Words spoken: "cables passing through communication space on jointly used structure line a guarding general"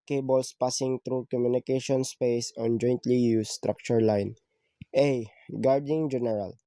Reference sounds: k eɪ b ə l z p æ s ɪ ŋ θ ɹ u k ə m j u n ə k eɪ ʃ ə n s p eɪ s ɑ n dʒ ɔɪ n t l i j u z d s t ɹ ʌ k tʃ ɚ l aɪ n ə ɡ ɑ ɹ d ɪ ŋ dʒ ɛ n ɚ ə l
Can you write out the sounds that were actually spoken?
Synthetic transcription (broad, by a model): k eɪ b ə l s p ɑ s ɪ ŋ t ɹ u k ə m j u n ə k eɪ ʃ ə n s p eɪ s ɑ n dʒ ɔɪ n t l i j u s t ɹ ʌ k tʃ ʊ l aɪ n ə ɡ ɑ ɹ d ɪ ŋ dʒ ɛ n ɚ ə l